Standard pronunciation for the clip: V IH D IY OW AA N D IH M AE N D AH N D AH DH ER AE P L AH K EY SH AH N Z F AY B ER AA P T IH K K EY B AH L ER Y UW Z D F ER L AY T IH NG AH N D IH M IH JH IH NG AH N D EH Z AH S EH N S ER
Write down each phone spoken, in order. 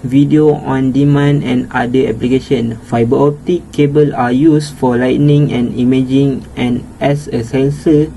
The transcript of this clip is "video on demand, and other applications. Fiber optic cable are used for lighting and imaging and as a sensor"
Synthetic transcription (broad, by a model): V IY D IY OW AA N D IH M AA N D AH N D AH ER P L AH K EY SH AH N F AY B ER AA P T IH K K EY B AH L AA Y UW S F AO L AY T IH NG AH N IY M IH JH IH NG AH N EH S AH S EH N S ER